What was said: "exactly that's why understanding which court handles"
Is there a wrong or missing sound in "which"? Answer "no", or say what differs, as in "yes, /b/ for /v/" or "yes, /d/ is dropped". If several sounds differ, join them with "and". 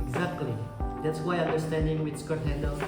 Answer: yes, /s/ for /tʃ/